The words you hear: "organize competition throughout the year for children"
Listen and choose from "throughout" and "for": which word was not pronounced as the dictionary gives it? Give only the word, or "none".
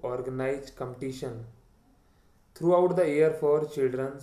throughout